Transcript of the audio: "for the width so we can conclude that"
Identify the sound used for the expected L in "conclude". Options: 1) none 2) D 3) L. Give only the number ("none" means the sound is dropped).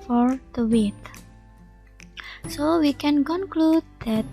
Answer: 3